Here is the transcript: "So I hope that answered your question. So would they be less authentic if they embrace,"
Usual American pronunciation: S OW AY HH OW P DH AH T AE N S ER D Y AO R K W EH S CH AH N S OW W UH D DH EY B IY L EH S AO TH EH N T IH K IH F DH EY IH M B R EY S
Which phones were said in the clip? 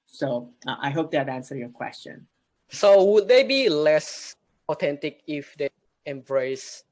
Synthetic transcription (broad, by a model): S OW AY HH OW P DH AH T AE N S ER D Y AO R K W EH S CH AH N S OW W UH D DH EY B IY L EH S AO T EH N T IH K IH F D EY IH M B R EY S